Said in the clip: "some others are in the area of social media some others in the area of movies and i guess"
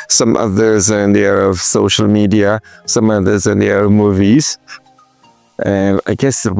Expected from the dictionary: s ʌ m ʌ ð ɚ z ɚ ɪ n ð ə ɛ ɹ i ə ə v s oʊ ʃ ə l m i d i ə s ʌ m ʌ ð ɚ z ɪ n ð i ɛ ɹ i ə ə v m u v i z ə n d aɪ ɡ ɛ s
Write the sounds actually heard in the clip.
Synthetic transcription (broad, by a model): s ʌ m ʌ ð ɚ z ɚ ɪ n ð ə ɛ ɹ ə ə v s oʊ ʃ ə l m i d i ə s ʌ m ʌ ð ɚ z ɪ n ð i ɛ ɹ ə ə v m u v i z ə aɪ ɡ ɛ s